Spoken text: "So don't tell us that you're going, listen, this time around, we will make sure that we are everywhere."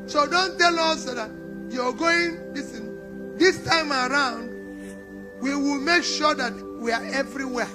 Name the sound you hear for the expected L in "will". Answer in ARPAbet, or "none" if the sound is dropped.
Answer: L